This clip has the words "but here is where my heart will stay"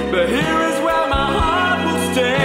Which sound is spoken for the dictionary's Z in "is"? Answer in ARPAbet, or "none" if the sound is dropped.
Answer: Z